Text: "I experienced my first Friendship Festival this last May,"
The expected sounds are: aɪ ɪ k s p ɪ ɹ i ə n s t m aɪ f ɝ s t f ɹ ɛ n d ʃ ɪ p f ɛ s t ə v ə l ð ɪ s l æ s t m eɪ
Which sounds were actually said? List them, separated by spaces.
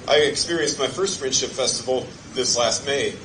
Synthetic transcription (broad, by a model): aɪ ɪ k s p ɪ ɹ i ə n s t m aɪ f ɝ s t f ɹ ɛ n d ʃ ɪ p f ɛ s t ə v l ð ɪ s l æ s t m eɪ